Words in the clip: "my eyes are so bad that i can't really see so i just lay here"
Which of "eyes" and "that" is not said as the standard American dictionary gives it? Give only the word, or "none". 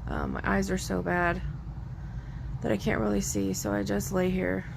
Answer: none